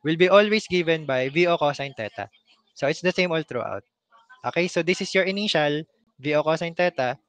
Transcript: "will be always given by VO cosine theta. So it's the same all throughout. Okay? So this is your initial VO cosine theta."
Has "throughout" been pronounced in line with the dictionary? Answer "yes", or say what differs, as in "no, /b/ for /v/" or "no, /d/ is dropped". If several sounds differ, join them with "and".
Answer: no, /t/ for /θ/